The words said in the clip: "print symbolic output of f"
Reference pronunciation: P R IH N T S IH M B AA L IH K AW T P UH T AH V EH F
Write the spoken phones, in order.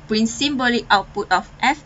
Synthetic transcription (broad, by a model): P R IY N S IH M B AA L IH AW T P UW T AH F EH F